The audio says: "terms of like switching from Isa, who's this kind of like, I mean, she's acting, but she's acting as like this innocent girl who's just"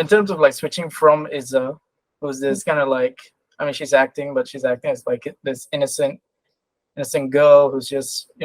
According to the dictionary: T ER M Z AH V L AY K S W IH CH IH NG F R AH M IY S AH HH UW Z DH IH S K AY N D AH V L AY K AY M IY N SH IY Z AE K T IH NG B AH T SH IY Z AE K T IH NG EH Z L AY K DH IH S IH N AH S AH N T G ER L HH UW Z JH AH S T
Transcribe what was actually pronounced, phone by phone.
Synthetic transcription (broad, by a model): T ER M Z AH V L AY K S W IH CH IH NG F R AH M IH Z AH HH UW Z DH IH S K AY N D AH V L AY K AY M IY N SH IY Z AE K T IH NG B AH T SH IY Z AE K T IH NG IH S L AY K DH IH S IH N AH S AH N T G ER L HH UW Z JH AH S T